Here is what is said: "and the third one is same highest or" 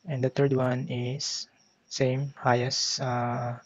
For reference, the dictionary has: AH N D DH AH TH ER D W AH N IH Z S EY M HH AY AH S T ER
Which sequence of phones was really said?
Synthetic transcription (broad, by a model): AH N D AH T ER D W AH N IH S S EY M HH AY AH S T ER